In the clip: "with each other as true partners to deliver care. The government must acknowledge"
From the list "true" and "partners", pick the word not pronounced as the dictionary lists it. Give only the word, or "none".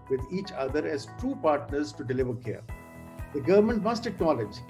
true